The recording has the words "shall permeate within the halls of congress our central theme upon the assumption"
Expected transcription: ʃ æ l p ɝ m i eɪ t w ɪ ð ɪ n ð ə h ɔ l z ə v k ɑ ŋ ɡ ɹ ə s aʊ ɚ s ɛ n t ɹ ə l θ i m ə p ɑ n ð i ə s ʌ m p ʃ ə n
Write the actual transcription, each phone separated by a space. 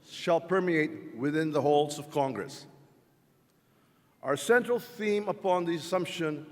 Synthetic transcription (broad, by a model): ʃ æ l p ɝ m i eɪ t w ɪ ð ɪ n ð ə h ɔ l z ə v k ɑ ŋ ɡ ɹ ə s aʊ ɚ s ɛ n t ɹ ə l θ i m ə p ɑ n ð i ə s ʌ m p ʃ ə n